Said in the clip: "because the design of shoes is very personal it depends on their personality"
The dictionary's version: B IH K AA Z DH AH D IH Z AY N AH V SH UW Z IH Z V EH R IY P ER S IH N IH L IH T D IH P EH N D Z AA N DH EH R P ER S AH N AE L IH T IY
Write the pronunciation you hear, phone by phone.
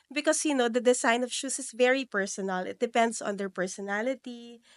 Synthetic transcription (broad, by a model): B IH K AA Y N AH D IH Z AY N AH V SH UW S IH S V EH R IY P ER S IH N IH L IH T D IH P EH N D S AA N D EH R P ER S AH N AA L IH T IY